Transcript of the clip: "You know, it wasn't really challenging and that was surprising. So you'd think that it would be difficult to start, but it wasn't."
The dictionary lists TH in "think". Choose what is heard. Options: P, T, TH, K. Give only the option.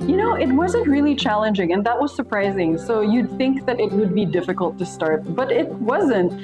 TH